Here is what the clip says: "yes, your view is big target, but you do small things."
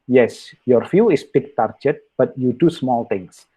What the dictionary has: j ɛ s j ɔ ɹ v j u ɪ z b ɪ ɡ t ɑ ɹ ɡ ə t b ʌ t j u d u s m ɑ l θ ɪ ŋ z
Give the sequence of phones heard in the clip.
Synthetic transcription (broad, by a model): j ɛ s j ɔ ɹ f j u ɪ s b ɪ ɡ t ɑ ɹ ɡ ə t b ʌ t j u d u s m ɑ l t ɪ ŋ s